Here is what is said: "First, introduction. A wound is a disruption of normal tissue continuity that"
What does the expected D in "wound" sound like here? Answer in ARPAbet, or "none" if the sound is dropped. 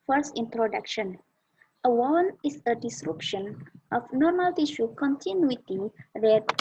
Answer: none